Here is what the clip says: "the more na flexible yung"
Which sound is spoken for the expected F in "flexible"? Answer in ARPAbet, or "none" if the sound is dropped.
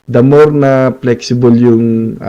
P